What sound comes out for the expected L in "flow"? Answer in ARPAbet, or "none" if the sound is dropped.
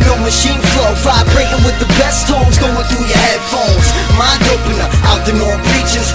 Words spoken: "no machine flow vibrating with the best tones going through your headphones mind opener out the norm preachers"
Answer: L